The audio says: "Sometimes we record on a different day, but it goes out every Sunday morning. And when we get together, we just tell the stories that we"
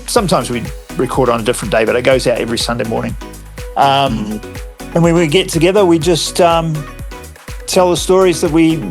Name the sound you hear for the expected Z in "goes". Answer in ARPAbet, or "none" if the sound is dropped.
Z